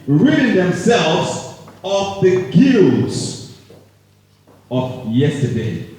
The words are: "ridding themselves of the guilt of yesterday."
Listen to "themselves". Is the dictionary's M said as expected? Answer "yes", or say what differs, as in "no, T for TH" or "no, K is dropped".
yes